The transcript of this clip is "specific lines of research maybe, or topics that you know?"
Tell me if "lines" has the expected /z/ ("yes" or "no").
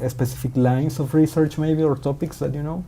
no